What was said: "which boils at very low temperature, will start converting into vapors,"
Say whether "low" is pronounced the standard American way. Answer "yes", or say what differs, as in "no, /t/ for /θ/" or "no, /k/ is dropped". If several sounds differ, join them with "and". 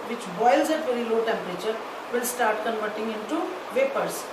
yes